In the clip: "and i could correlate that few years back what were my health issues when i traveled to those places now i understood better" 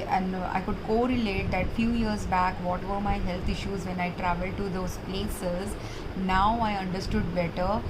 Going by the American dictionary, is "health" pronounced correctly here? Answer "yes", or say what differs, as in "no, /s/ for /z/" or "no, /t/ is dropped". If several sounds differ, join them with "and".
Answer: no, /t/ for /θ/